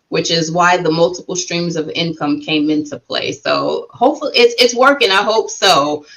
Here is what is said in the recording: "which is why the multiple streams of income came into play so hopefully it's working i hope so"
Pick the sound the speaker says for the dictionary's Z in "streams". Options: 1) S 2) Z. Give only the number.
2